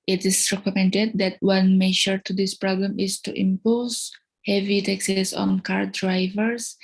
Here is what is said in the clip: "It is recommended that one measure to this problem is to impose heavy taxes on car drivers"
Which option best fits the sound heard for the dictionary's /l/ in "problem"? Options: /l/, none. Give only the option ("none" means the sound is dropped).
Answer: /l/